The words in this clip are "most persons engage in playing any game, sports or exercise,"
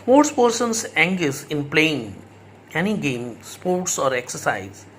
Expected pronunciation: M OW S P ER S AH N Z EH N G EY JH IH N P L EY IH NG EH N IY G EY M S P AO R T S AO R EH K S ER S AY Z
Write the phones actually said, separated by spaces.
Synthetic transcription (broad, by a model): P OW S P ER S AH N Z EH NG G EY Z IH N P L EY IH NG EH N IY G EY M S P AO R T S AO R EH K S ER S AY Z